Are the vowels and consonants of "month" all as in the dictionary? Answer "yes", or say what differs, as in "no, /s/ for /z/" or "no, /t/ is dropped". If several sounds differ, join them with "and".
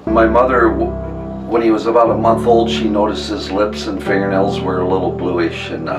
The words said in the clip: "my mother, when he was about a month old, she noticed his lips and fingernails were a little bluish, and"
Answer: yes